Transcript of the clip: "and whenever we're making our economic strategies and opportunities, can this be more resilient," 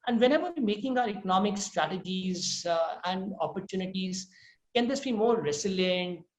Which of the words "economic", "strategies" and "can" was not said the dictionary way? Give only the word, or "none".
none